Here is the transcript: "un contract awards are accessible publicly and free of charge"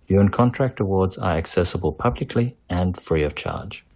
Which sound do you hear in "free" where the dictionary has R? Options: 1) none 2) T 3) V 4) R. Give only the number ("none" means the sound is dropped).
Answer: 4